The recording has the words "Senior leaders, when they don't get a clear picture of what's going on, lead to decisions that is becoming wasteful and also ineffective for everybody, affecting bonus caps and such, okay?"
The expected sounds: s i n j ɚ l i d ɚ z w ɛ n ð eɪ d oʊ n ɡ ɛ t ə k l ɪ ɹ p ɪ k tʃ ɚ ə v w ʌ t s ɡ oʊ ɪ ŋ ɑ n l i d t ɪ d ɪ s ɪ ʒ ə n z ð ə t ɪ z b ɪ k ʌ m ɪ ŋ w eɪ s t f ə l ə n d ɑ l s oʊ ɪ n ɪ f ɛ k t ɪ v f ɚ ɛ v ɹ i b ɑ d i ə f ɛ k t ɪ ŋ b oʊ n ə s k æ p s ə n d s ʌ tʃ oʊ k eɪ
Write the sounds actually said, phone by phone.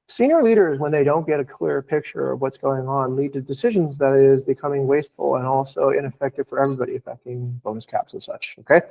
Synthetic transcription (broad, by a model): s i n j ɚ l i d ɚ z w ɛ n ð eɪ d oʊ n ɡ ɛ t ə k l ɪ ɹ p ɪ k tʃ ɚ ə v w ʌ t s ɡ oʊ ɪ ŋ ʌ n l i d t ɪ d ɪ s ɪ ʒ ə n z ð ə t ɪ z b ɪ k ʌ m ɪ ŋ w eɪ s t f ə l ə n ɑ l s oʊ ɪ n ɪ f ɛ k t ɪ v f ɚ ɛ v ɹ i b ɑ d i ə f ɛ k t ɪ ŋ b oʊ n ə s k æ p s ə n s ʌ tʃ oʊ k eɪ